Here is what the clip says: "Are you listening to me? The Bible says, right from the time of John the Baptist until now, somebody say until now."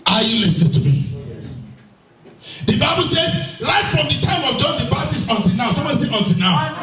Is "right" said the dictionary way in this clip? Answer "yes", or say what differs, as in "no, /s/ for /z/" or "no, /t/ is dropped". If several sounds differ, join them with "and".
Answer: no, /l/ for /ɹ/